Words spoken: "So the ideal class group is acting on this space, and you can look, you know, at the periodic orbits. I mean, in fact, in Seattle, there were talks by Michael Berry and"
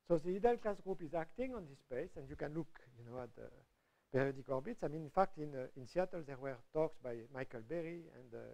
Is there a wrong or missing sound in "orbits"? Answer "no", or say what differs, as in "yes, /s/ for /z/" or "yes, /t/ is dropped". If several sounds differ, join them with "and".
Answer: no